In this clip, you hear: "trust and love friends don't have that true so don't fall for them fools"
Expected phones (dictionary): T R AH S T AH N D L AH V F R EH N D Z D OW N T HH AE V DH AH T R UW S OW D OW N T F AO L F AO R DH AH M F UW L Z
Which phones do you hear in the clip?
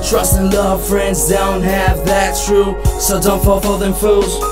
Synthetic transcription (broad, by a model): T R AH S T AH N L AH V F R EH N D Z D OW N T HH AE V DH AH T R UW S OW D OW N T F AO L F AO L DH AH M F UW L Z